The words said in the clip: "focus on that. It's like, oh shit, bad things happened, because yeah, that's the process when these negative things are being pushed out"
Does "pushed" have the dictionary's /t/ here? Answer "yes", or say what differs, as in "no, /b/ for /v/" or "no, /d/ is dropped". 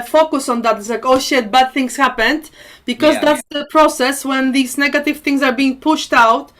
yes